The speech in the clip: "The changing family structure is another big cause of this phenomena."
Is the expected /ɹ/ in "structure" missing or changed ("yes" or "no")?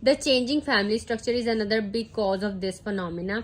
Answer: no